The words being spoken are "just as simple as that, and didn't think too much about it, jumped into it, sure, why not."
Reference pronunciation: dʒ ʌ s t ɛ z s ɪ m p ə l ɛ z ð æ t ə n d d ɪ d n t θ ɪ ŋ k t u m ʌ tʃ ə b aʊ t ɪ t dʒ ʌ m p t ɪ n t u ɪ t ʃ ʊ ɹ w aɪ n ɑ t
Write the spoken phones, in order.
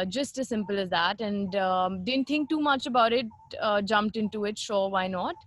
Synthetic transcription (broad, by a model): dʒ ʌ s t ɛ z s ɪ m p ə l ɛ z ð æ t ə n d d ɪ d n t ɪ ŋ k t u m ʌ tʃ ə b aʊ t ɪ t dʒ ʌ m p t ɪ n t u ɪ t ʃ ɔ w aɪ n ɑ t